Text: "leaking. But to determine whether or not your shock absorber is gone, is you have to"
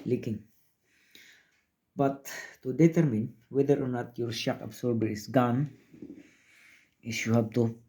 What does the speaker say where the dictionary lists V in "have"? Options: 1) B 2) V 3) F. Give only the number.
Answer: 1